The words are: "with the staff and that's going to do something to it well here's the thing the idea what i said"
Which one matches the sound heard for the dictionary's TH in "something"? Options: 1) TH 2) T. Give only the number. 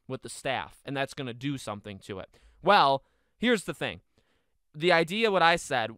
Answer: 1